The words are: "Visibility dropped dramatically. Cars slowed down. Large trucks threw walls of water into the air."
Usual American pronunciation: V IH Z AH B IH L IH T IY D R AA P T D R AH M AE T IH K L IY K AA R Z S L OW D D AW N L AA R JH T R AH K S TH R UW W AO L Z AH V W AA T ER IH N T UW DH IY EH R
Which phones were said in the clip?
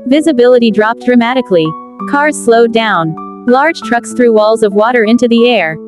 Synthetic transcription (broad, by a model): V IH Z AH B IH L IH T IY D R AA P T D R AH M AE T IH K L IY K AA R Z S L OW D D AW N L AA R JH T R AH K S TH R UW W AO L Z AH V W AA T ER IH N T UW DH IY EH R